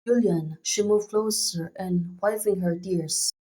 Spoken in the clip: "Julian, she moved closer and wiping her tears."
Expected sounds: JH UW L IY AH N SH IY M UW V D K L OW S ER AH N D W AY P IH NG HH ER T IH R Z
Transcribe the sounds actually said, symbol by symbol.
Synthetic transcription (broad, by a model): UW L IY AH N SH IY M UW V K L OW S ER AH N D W AY F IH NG HH ER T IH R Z